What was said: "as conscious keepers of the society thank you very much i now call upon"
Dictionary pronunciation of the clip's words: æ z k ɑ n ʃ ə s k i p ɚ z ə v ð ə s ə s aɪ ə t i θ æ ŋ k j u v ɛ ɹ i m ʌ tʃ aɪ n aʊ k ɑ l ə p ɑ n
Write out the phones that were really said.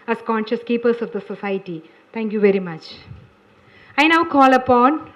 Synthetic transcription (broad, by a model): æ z k ɑ n ʃ ə s k i p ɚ s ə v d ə s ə s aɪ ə t i t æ ŋ k j u v ɛ ɹ i m ʌ tʃ aɪ n aʊ k ɑ l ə p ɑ n